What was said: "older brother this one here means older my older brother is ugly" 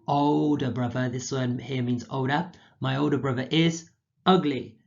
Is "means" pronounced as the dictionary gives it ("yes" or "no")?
yes